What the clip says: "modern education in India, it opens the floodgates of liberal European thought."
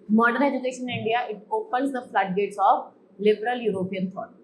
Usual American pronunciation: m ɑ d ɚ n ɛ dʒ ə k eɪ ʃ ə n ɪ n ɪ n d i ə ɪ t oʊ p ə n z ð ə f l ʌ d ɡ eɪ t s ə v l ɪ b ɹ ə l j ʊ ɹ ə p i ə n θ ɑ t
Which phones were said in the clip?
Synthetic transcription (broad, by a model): m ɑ d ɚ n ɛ dʒ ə k eɪ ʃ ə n n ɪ n d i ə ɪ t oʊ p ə l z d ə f l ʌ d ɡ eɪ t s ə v l ɪ b ɹ ə l j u ɹ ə p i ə n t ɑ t